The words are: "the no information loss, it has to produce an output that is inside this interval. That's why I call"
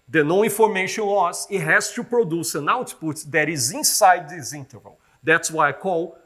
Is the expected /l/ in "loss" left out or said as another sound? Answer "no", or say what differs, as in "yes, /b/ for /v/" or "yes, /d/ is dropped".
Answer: yes, /w/ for /l/